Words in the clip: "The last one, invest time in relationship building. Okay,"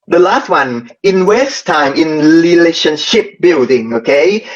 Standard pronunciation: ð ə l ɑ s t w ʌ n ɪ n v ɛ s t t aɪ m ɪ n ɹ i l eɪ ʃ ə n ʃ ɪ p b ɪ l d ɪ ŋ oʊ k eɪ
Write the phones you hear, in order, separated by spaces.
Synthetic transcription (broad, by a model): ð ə l ɑ s t w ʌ n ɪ n w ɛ s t t aɪ m ɪ n ɹ i l eɪ ʃ ə n ʃ ɪ p b ɪ l d ɪ ŋ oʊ k eɪ